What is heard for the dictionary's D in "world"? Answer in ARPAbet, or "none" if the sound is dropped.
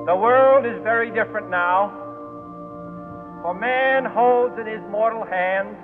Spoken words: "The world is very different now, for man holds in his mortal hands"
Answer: D